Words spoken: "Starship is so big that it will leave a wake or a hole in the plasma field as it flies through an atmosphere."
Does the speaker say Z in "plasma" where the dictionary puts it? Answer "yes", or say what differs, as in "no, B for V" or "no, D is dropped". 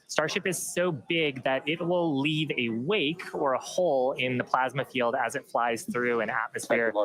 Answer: yes